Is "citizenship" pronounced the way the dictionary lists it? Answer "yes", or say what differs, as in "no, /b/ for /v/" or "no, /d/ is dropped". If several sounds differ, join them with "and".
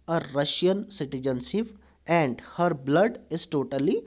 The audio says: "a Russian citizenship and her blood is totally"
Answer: no, /s/ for /ʃ/